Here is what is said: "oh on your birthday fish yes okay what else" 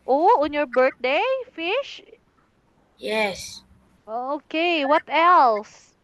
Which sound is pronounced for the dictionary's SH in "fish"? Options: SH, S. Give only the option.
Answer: SH